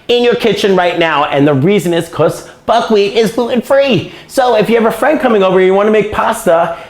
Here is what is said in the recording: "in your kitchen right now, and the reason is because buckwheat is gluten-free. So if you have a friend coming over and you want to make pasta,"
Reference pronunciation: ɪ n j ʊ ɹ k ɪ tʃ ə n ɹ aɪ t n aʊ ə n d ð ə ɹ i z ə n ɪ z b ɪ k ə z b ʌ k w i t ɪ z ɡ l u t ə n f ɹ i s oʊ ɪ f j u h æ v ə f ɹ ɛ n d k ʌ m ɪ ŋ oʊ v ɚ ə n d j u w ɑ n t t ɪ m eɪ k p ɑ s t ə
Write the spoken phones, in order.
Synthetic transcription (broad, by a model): ɪ n j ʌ ɹ k ɪ tʃ ə n ɹ aɪ t n aʊ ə n ð ə ɹ i z ə n ɪ z k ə s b ʌ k w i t ɪ z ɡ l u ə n f ɹ i s oʊ ɪ f j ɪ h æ v ə f ɹ ɛ n d k ʌ m ɪ ŋ oʊ v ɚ ə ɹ j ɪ w ɑ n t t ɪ m eɪ k p ɑ s t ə